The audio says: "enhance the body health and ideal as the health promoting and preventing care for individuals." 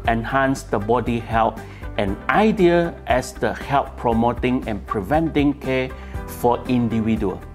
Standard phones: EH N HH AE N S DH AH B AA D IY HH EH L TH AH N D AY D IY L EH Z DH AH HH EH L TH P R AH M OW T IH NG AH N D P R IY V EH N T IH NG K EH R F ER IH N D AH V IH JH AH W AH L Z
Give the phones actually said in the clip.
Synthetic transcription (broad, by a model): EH N HH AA N S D AH B AA D IY HH EH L T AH N AY D IY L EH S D AH HH EH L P P R AH M OW T IH NG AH N P R IY V EH N T IH NG K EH F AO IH N D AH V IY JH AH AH L